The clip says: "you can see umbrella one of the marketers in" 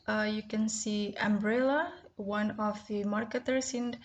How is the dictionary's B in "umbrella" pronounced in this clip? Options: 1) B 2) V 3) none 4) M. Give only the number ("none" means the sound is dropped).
1